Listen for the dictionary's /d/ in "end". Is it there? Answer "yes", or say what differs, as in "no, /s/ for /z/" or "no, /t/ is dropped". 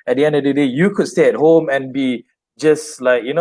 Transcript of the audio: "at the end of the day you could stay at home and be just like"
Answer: yes